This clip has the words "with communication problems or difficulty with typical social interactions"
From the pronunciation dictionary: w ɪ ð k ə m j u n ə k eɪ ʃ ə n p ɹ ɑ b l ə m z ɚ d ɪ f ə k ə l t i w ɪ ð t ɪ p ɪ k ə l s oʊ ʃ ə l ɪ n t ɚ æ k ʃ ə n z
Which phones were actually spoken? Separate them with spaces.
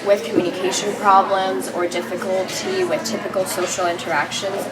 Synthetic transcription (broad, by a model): w ɪ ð k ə m j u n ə k eɪ ʃ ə n p ɹ ɑ b l ə m z ɚ d ɪ f ə k ə l t i w ɪ ð t ɪ p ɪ k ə l s oʊ ʃ l ɪ n t ɚ æ k ʃ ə n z